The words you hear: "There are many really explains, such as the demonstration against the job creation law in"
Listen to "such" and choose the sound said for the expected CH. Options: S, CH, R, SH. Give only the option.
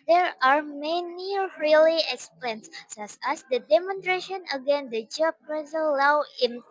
S